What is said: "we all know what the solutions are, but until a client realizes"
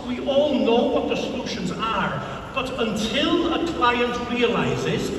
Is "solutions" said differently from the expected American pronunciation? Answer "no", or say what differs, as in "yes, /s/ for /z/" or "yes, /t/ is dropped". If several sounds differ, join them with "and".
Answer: no